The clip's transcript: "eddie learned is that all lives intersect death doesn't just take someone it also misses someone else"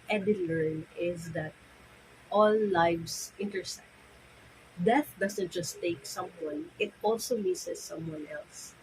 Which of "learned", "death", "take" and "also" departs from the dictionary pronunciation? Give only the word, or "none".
learned